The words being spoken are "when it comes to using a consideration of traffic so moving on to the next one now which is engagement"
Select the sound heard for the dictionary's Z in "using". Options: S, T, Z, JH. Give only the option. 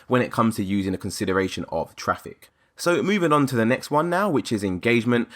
Z